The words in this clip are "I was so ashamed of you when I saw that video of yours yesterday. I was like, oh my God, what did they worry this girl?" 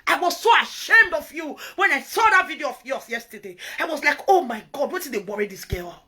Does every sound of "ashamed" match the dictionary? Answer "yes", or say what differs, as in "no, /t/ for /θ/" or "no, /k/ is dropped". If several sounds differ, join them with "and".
yes